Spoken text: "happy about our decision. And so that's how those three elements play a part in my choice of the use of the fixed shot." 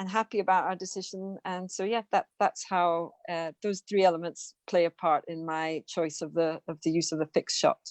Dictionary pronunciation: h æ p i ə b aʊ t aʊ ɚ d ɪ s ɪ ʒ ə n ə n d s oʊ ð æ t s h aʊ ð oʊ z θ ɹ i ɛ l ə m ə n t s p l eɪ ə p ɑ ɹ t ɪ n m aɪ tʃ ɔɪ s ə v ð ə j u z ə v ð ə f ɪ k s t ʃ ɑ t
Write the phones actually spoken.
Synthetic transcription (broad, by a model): h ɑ p i ə b aʊ t aʊ ɚ d ɪ s ɪ ʒ ə n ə n s oʊ ð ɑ t s h aʊ ð oʊ z θ ɹ i ɛ l ə m ə n t s p l eɪ ə p ɑ ɹ t ɪ n m aɪ tʃ ɔɪ s ə v ð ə j u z ə v ð ə f ɪ k s ʃ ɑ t